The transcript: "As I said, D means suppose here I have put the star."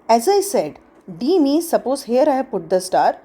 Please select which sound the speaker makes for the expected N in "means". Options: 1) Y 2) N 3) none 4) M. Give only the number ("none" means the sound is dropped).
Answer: 3